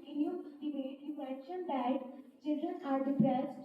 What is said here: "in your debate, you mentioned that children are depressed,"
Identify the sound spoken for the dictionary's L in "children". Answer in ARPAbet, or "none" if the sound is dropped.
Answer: L